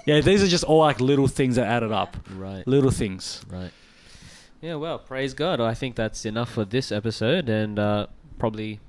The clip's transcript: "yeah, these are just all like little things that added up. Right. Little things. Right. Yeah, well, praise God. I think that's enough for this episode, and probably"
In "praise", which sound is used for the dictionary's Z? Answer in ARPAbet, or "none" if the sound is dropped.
Z